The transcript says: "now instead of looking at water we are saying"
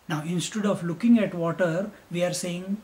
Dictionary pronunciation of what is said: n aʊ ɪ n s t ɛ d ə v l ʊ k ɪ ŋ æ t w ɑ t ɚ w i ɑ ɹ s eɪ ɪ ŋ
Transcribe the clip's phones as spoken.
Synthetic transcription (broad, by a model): n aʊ ɪ n s t ɛ d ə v l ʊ k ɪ ŋ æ t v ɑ t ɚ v i ɑ ɹ s eɪ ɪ ŋ